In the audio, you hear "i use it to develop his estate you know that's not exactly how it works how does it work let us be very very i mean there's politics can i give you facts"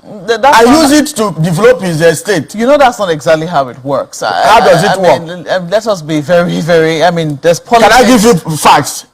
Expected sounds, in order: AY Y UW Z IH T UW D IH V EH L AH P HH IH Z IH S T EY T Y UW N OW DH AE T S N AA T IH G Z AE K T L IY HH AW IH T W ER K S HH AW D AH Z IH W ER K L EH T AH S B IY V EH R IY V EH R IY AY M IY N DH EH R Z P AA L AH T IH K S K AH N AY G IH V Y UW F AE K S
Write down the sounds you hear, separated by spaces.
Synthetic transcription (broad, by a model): AY Y UW Z IH T UW D IH V EH L AH P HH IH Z IH S T EY T Y UW N OW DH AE T S N AA T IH G Z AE K T L IY HH AW IH T W ER K S HH AW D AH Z IH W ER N L EH T AH S B IY V EH R IY V EH R IY AY M IY N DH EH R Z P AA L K K AH N AY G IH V Y UW F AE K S